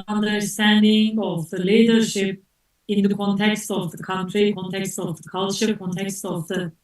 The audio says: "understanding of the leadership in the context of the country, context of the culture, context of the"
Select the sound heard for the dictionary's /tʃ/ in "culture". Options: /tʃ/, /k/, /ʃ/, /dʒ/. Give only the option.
/ʃ/